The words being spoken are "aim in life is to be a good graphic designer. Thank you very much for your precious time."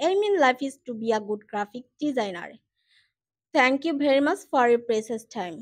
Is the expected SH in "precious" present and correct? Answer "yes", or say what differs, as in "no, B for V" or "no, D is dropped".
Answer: no, S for SH